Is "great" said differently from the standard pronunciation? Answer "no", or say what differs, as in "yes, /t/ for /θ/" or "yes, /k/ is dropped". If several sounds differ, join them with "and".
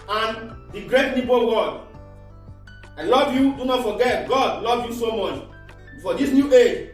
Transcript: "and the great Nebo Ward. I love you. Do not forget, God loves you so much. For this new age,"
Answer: no